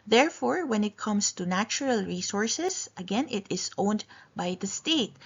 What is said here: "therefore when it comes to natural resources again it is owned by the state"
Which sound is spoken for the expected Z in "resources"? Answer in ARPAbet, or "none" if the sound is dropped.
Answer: S